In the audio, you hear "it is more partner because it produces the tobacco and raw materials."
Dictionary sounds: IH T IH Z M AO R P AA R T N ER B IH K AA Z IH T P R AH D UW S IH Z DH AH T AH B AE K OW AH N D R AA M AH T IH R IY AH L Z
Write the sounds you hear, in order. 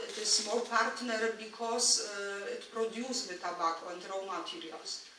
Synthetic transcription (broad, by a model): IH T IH S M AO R P AA R T N ER B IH K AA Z IH T P R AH D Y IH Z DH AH T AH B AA K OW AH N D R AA M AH T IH R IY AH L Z